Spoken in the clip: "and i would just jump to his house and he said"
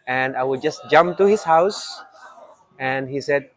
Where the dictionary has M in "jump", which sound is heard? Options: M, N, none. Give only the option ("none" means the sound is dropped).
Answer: M